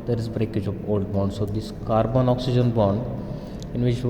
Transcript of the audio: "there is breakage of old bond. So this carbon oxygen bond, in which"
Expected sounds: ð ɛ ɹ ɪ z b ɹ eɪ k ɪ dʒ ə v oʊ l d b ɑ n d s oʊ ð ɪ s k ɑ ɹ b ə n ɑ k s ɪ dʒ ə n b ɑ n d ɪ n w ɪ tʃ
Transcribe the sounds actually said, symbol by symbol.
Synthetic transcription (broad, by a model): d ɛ ɹ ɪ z b ɹ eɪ k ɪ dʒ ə p oʊ l d b ɑ n d s oʊ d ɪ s k ɑ ɹ b ə n ɑ k s ɪ dʒ ə n b ɑ n d ɪ n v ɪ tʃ